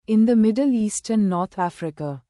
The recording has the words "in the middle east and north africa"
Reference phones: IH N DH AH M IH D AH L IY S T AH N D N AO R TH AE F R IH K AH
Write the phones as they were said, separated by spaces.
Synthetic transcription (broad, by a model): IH N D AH M IH D AH L IY S T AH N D N AO R T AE F R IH K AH